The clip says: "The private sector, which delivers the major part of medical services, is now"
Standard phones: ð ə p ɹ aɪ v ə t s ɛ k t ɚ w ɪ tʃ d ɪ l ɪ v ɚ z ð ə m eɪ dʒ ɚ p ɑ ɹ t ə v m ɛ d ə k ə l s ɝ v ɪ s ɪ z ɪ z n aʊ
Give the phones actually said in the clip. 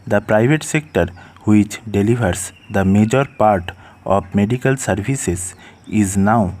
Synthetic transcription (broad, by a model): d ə p ɹ aɪ v ə t s ɛ k t ɚ w ɪ tʃ d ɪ l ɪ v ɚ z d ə m eɪ dʒ ɚ p ɑ ɹ t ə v m ɛ d ə k ə l s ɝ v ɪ s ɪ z ɪ z n aʊ